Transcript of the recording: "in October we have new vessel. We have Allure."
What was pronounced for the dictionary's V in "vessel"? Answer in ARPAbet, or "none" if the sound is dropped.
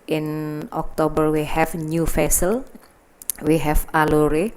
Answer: F